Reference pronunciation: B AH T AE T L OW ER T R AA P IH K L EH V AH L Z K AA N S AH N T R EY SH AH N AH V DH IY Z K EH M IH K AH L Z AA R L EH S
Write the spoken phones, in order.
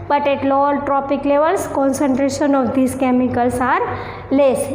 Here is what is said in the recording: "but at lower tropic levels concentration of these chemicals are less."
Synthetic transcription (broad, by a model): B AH T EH T L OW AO T R AA P IH K L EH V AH L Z K AA N S AH N T R EY SH AH N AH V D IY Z K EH M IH K AH L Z AA R L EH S